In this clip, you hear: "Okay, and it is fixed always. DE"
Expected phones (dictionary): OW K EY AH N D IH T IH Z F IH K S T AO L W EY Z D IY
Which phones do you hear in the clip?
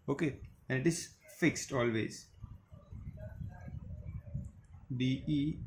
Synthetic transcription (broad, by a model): OW K EY AH N D IH T IH Z F IH K S T AO L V EY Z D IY